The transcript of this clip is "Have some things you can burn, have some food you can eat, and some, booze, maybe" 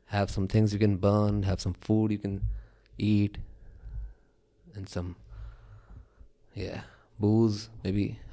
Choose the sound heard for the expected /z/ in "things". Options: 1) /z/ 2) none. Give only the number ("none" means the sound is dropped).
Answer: 1